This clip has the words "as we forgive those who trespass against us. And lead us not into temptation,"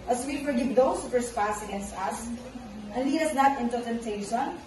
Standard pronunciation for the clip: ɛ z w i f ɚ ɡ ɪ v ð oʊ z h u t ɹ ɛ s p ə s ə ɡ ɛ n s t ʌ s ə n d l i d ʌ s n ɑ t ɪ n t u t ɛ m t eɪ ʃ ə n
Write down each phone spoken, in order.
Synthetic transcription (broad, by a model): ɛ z w i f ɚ ɡ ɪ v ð oʊ s h u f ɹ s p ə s ə ɡ ɛ n s t ʌ s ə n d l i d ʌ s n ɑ t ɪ n t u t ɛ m t eɪ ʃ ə n